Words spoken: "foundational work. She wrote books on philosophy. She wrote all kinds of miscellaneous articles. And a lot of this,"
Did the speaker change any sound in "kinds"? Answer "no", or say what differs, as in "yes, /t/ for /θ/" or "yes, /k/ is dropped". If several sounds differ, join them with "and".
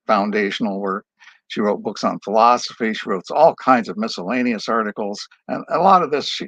no